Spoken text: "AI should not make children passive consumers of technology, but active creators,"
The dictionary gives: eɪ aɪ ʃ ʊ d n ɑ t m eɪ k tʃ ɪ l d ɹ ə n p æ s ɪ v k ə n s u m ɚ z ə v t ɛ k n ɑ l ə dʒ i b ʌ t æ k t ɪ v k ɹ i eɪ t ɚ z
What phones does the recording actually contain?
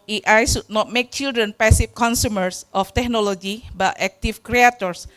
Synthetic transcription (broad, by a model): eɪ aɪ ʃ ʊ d n ɑ t m eɪ k tʃ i l d ɹ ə n p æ s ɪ f k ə n s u m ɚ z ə f t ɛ k n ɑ l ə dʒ i b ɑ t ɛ k t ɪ f k ɹ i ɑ t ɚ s